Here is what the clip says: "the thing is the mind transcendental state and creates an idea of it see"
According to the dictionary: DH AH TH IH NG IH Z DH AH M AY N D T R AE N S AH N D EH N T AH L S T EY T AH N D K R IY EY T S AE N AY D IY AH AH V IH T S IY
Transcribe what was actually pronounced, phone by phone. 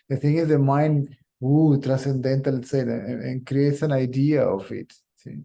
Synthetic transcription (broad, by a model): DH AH T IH NG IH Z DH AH M AY N D T R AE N S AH N D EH N T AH L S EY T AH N K R IY EY T S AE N AY D IY AH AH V IH T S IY